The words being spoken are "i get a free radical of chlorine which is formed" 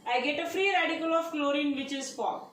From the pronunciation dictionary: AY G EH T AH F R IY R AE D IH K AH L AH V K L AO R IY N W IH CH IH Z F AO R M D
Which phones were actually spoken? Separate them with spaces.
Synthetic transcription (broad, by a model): AY G EH T AH F R IY R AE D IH K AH L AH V K L AO R IY N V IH CH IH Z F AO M